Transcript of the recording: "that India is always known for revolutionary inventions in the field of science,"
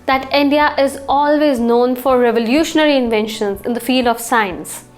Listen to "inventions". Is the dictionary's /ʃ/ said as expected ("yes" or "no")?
yes